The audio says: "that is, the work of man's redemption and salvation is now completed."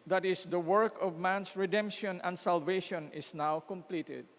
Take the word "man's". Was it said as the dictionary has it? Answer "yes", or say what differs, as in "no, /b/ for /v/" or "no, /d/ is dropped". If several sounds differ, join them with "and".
no, /s/ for /z/